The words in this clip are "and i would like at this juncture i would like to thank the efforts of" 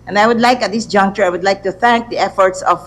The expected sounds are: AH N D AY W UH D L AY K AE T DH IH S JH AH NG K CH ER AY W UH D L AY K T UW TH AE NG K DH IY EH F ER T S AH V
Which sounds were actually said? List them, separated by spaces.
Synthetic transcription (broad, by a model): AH N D AY W UH D L AY K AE T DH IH S JH AH NG K CH ER AY W UH D L AY K T UW TH AE NG K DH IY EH F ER T S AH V